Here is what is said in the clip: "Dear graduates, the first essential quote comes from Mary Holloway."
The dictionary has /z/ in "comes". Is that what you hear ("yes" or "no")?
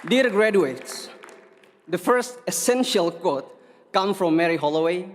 no